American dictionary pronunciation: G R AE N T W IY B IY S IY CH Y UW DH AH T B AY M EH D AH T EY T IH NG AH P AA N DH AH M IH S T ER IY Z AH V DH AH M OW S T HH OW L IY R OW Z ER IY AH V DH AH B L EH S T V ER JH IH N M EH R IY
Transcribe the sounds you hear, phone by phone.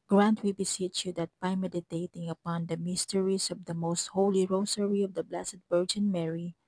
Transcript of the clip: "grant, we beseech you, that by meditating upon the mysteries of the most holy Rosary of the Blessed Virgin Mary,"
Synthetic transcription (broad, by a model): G R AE N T W IY B IY S IY CH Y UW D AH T B AY M EH D AH T EY T IH NG AH P AA N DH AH M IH S T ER IY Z AH V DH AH M OW S T HH OW L IY R OW S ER IY AH V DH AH B L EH S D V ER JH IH N M EH R IY